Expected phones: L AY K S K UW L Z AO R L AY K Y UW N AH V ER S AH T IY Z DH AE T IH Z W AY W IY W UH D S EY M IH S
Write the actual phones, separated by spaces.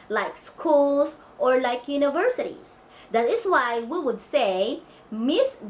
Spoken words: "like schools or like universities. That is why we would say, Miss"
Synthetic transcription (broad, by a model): L AY K S K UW L S AO R L AY K Y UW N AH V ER S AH T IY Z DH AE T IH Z W AY W IY W UH D S EY M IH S